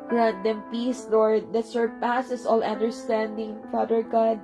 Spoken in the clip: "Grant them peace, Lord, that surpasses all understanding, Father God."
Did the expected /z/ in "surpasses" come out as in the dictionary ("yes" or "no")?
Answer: no